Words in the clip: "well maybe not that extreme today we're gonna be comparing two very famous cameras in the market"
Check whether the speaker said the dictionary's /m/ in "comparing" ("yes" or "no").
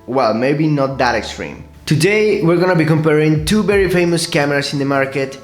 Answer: yes